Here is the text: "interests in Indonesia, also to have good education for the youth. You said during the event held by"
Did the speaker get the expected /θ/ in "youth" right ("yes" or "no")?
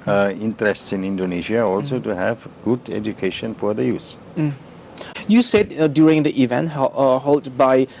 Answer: no